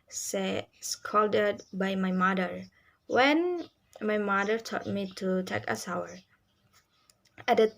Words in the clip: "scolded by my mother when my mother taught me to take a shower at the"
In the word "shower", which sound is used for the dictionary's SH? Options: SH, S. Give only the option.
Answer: S